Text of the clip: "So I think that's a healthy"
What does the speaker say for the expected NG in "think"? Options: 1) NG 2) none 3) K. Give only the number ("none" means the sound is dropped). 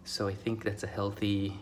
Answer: 1